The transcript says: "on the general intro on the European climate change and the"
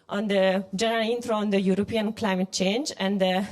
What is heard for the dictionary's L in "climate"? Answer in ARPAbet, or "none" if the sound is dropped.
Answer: L